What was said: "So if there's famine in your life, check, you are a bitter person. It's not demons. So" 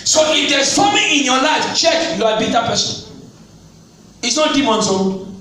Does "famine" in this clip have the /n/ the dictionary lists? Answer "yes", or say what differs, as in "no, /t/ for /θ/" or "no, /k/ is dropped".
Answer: no, /n/ is dropped